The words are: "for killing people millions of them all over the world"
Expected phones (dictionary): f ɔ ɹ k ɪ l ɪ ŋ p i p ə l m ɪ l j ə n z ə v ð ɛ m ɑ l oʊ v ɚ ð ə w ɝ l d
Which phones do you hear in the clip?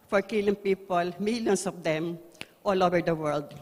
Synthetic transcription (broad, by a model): f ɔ ɹ k ɪ l ɪ ŋ p i p ə l m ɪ l j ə n s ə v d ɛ m ɑ l oʊ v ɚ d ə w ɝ l d